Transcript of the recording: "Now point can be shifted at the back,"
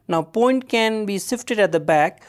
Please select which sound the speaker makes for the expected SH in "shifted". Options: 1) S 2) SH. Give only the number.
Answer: 1